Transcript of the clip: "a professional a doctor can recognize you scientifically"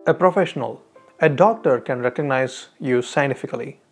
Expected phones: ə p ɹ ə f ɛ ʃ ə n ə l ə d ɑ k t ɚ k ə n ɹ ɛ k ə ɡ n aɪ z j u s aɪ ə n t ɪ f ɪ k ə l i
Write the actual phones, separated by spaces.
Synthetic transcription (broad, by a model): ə p ɹ ə f ɛ ʃ ə n ə l ə d ɑ k t ɚ k ə n ɹ ɛ k ə ɡ n aɪ z j u s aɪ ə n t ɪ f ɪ k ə l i